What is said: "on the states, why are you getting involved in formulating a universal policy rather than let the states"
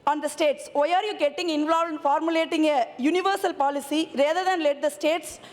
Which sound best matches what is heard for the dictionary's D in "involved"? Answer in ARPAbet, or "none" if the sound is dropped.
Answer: none